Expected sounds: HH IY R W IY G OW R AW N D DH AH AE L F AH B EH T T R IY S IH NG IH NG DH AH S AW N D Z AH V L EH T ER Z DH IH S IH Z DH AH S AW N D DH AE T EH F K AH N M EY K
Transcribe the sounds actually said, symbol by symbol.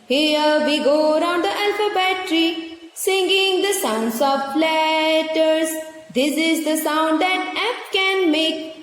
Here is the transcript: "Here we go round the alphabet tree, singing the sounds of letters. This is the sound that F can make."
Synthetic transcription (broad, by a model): HH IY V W IY G OW R AW N D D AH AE L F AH B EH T T R IY S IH NG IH NG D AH S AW N D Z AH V L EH T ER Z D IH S IH Z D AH S AW N D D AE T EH P K AH N M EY K